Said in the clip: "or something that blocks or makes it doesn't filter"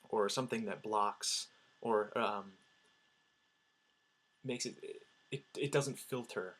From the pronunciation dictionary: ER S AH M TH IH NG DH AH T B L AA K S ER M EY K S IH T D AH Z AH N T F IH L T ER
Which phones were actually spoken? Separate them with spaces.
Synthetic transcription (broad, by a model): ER S AH M TH IH NG DH AH T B L AA K S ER M EY K S IH T D AH Z AH N T F IH L T ER